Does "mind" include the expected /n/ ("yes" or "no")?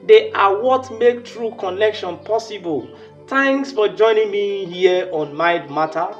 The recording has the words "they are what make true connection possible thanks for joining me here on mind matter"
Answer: no